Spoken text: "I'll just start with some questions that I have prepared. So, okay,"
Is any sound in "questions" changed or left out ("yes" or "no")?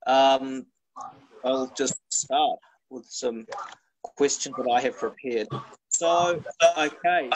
no